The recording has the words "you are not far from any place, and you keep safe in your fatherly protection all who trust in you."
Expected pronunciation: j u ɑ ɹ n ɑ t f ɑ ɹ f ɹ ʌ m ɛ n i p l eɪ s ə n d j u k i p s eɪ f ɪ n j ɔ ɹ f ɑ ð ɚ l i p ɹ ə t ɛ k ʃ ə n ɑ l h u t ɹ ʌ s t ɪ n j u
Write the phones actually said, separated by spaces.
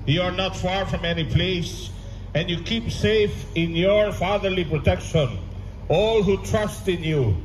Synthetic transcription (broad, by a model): j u ɑ ɹ n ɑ t f ɑ ɹ f ɹ ʌ m ɛ n i p l eɪ s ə n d j u k i p s eɪ f ɪ n j ɔ ɹ f ɑ ð ɚ l i p ɹ ə t ɛ k ʃ ə n ɑ l h u t ɹ ʌ s t ɪ n j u